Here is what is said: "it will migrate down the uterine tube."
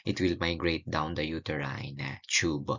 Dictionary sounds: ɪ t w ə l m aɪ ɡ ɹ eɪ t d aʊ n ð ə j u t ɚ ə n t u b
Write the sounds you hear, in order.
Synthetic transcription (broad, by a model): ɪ t w ə l m aɪ ɡ ɹ eɪ t d aʊ n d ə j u t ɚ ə n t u b